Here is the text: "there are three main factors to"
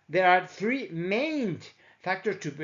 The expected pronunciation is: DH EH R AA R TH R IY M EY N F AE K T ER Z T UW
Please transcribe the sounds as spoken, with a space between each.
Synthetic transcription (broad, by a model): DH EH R AA R TH R IY M EY N F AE K T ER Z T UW